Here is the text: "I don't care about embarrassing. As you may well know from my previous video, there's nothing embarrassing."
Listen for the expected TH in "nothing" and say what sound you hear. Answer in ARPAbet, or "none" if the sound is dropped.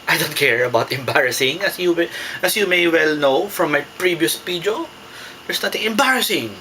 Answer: T